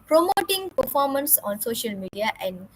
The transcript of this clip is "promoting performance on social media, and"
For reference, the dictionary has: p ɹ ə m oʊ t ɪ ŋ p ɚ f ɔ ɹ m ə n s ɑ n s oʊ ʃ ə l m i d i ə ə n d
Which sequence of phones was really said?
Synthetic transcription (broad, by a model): p ɹ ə m oʊ t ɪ ŋ p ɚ f ɔ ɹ m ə n s ɑ n s oʊ ʃ ə l m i d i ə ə n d